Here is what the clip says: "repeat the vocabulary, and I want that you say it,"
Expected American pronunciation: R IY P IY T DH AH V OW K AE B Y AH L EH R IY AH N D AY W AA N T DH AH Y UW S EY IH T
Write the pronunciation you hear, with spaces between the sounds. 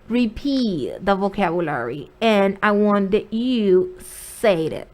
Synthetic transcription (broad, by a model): R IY P IY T DH AH V OW K AE B Y AH L EH R IY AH N AY W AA N DH AH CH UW S EY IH T